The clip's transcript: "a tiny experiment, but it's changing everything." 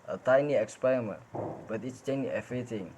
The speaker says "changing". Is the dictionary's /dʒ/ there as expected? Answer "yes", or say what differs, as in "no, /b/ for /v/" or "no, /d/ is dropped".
no, /dʒ/ is dropped